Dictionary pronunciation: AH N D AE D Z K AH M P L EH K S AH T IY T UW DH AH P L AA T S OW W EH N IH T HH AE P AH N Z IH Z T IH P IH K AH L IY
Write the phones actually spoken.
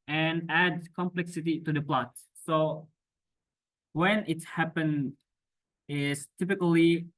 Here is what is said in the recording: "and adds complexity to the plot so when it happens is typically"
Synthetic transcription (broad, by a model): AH N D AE D K AH M P L EH K S AH T IY T UW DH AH P L AA T S OW W EH N IH T HH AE P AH N IH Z T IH P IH K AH L IY